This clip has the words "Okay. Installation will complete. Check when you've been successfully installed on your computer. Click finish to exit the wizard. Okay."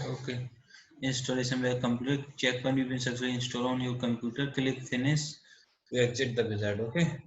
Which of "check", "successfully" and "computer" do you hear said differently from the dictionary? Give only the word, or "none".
successfully